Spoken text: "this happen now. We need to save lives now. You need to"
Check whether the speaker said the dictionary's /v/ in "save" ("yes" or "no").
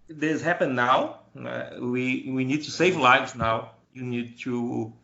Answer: yes